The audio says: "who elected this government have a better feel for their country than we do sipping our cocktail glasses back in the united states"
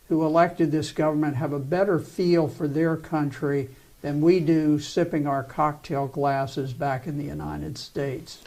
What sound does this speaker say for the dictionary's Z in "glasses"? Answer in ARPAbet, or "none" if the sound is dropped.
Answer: Z